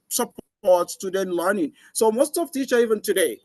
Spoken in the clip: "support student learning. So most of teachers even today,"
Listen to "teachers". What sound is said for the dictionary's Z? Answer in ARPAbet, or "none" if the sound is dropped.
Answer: none